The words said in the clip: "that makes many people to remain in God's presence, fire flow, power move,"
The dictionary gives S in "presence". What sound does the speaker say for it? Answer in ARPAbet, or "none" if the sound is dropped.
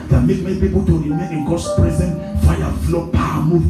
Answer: none